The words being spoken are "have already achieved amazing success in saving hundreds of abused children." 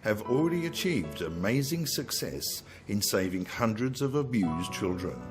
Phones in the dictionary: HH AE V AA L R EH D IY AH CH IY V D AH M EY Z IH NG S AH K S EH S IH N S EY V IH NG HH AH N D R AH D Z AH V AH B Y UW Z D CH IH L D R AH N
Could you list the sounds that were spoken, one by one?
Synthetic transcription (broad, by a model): HH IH V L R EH D IY AH CH IY V D AH M EY Z IH NG S AH K S EH S IH N S EY V IH NG HH AH N D R AH D Z AH V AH B Y UW Z CH IH L D R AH N